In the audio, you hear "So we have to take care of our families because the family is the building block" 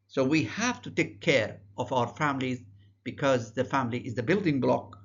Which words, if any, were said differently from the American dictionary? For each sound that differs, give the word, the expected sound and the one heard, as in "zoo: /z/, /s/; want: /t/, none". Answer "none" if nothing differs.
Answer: none